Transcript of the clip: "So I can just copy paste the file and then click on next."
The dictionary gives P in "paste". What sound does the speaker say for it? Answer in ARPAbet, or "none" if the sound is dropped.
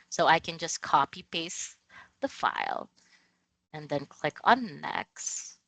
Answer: B